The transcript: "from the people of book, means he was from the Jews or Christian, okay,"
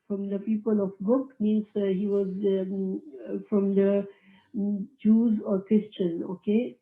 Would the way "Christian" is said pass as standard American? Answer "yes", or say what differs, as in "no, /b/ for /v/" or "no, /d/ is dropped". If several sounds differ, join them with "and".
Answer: yes